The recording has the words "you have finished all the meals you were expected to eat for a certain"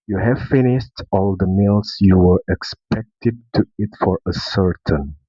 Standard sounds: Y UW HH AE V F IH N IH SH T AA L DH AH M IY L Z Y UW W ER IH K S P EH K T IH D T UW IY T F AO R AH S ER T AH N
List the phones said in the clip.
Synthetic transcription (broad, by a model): Y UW HH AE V F IH N IH SH T AA L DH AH M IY L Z Y UW W ER IH K S P EH K T IH D T UW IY T F AO R AH S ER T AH N